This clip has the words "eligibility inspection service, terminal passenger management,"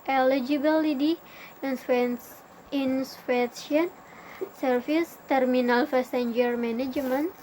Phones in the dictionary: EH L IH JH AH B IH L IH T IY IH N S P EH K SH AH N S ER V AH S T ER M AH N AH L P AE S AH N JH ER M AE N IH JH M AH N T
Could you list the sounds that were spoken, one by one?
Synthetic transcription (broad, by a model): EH L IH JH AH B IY L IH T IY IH N S F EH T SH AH N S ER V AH S T ER M AH N AH L F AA S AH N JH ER M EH N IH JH M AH N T